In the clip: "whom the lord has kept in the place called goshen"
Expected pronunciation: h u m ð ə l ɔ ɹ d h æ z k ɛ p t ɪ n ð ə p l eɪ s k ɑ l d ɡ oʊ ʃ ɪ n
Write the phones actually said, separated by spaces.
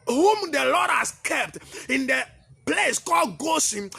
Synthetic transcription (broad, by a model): h u m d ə l ɔ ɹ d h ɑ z k ɛ p t ɪ n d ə p l eɪ s k ɑ l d ɡ oʊ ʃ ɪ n